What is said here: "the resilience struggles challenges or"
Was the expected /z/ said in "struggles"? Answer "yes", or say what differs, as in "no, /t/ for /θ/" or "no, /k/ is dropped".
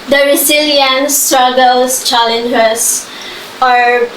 no, /s/ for /z/